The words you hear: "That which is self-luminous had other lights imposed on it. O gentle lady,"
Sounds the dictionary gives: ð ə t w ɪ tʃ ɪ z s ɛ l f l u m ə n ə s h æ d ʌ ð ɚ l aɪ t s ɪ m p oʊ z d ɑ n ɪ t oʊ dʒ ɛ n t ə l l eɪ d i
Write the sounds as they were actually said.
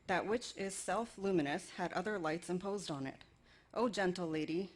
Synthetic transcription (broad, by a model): ð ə t w ɪ tʃ ɪ z s ɛ l f l u m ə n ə s h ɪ d ʌ ð ɚ l aɪ t s ɪ m p oʊ z d n ɪ t oʊ dʒ ɛ n t l l eɪ d i